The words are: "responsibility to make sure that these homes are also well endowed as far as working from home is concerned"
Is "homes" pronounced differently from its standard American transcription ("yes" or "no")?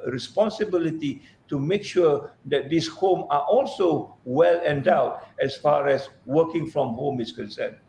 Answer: yes